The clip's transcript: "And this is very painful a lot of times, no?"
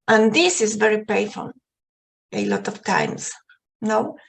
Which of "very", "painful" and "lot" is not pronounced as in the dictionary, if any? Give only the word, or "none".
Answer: painful